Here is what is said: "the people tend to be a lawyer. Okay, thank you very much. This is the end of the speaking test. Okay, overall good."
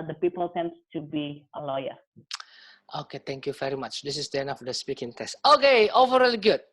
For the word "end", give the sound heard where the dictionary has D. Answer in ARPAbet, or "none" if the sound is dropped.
none